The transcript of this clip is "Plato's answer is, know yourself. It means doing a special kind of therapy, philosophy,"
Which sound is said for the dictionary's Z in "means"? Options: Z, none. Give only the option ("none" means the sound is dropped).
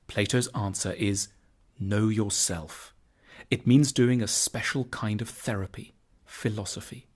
Z